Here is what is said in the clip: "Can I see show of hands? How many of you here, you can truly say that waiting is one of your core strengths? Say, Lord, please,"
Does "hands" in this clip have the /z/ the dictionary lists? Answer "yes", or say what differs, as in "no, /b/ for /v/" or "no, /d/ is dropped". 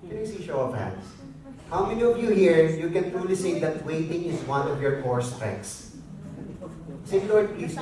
no, /s/ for /z/